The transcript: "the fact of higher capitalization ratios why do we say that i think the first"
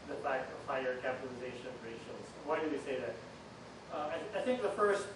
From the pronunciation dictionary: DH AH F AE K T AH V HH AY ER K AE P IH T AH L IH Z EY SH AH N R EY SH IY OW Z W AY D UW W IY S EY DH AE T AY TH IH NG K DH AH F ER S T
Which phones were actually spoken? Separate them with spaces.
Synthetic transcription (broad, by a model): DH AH F AE K T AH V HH AY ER K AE P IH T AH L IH Z EY SH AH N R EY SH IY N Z W AY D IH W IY S EY DH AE T AY TH IH NG K DH AH F ER S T